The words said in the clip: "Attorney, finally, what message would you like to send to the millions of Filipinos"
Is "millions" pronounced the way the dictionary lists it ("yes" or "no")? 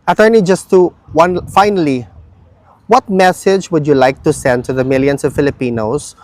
no